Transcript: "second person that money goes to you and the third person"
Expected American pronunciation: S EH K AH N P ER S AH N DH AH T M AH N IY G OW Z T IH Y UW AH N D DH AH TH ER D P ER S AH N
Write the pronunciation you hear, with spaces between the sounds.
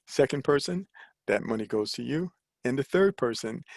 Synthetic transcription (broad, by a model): S EH K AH N P ER S AH N DH AH T M AH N IY G OW Z T IH Y UW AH N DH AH TH ER D P ER S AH N